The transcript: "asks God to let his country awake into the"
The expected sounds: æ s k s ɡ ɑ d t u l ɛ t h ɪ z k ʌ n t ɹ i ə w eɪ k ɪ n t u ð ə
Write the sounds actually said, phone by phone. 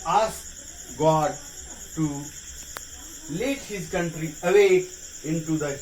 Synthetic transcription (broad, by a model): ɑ s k ɡ ɑ d t u l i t h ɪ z k ʌ n t ɹ i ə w eɪ ɪ n t u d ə